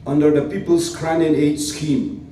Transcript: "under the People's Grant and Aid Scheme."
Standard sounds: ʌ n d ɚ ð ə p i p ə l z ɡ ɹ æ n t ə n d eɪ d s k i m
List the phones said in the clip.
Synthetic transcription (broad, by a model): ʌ n d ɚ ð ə p i p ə l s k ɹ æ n ə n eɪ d s k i m